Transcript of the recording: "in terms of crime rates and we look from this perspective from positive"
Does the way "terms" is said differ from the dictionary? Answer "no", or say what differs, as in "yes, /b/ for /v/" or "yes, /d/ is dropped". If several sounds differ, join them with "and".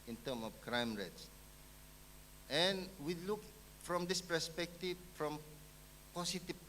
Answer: yes, /z/ is dropped